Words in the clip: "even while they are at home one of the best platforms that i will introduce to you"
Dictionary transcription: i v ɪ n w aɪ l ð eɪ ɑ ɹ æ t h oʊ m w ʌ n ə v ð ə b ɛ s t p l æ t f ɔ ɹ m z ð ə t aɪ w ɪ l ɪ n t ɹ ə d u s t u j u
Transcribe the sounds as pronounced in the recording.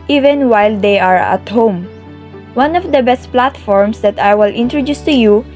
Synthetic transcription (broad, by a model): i v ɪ n w aɪ l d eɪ ɑ ɹ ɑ t h oʊ m w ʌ n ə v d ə b ɛ s t p l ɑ t f ɔ ɹ m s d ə t aɪ w ɪ l ɪ n t ɹ ə d u s t u j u